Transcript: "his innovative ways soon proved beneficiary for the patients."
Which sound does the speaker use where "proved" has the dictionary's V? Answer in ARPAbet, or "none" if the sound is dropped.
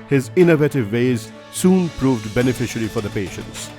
V